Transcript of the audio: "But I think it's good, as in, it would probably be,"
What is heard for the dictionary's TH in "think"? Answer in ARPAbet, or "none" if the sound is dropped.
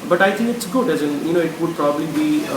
T